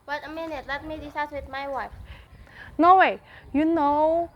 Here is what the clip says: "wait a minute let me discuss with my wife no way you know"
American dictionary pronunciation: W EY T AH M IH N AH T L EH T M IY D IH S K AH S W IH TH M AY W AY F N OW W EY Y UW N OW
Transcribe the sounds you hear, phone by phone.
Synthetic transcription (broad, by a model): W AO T AH M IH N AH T L EH T M IY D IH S AA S W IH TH M AY W AY F N OW W EY Y UW N OW